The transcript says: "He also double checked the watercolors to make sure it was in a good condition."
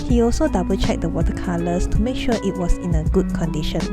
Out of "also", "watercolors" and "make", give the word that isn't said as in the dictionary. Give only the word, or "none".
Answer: watercolors